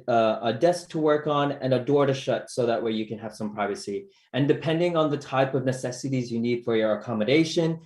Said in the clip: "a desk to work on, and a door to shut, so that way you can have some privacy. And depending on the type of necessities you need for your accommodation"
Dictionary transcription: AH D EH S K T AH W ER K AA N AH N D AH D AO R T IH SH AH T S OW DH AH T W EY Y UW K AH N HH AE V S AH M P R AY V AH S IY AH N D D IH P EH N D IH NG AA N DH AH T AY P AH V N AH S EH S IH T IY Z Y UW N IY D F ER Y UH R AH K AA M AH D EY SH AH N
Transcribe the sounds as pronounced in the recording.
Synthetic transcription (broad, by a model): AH D EH S K T AH W ER K N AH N AH D AO R T IH SH AH T S OW DH AH T W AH Y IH K AH N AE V S AH M P R AY V AH S IY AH N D D IH P EH N D IH NG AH N DH AH T AY P AH V N AH S EH S IH T IY Z Y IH N IY D F ER Y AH R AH K AA M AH D EY SH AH N